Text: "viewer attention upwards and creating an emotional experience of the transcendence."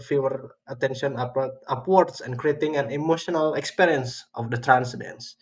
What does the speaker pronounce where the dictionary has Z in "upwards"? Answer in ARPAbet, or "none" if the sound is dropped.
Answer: S